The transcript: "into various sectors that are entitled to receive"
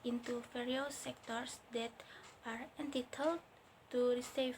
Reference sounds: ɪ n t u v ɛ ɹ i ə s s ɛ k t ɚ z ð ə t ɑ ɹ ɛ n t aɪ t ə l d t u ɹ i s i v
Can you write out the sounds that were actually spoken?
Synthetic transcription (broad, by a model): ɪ n t u f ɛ ɹ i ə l s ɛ k t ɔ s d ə t ɑ ɹ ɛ n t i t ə l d t u ɹ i s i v